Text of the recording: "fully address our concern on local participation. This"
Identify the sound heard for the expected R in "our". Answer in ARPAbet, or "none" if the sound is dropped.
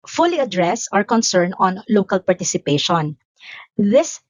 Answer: R